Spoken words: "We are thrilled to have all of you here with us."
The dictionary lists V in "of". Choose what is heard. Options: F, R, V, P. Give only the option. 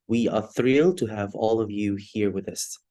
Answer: V